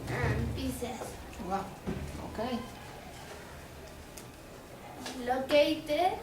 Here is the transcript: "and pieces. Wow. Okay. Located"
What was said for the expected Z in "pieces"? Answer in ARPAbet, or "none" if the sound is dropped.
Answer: S